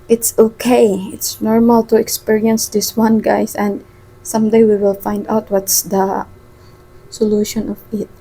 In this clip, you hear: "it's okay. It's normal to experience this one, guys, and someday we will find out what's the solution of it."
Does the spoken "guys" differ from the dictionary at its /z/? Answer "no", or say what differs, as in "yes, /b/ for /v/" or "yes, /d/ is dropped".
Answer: yes, /s/ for /z/